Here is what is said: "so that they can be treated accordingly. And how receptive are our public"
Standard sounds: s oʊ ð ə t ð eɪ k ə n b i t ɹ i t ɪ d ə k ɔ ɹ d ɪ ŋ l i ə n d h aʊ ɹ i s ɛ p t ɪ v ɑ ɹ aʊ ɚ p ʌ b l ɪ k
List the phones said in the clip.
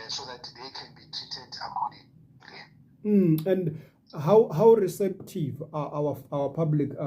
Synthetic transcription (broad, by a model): s oʊ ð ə t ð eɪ k ə n b i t i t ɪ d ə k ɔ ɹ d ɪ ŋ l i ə n d h aʊ ɹ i s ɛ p t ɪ v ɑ w aʊ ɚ p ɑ b l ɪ k